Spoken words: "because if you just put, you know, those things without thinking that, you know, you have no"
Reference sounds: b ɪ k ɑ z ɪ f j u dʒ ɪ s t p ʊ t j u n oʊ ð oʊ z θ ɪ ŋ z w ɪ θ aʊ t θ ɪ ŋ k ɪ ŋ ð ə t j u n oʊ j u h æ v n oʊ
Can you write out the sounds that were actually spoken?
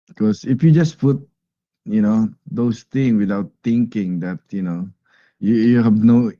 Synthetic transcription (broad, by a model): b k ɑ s ɪ f j u dʒ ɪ s p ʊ t j u n oʊ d oʊ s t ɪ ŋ s w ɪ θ aʊ t t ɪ ŋ k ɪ ŋ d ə t j u n oʊ j u h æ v n oʊ